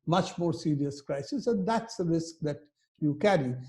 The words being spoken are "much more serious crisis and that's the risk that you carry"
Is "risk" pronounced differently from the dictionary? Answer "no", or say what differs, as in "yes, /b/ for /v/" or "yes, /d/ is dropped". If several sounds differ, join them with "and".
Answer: no